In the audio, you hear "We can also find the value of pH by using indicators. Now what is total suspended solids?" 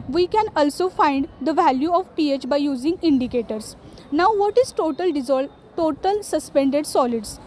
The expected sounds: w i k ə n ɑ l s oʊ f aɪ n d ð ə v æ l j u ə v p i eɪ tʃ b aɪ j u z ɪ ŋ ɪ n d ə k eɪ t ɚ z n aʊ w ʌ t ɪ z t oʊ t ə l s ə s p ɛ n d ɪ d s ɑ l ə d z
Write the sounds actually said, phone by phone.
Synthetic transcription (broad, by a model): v i k ə n ɑ l s oʊ f aɪ n d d ə v æ l j u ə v p i eɪ tʃ b aɪ j u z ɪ ŋ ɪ n d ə k eɪ t ɚ s n aʊ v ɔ t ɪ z t oʊ t ə l s ə s p ɛ n d ɪ d s ɑ l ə d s